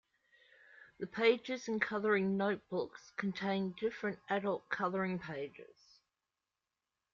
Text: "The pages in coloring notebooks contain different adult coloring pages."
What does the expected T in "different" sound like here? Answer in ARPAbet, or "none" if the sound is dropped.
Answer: T